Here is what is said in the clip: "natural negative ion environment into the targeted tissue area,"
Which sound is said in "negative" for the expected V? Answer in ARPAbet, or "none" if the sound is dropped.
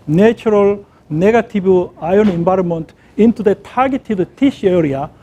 B